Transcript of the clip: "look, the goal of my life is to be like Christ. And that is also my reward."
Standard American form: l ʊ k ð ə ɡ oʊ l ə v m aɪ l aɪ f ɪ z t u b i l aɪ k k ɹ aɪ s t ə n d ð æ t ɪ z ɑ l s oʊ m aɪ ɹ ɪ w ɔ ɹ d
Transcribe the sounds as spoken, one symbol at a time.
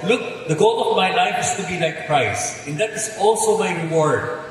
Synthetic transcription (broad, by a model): l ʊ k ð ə ɡ oʊ l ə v m aɪ l aɪ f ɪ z t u b i l aɪ k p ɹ aɪ s ə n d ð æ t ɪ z ɑ l s oʊ m aɪ ɹ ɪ w ɔ ɹ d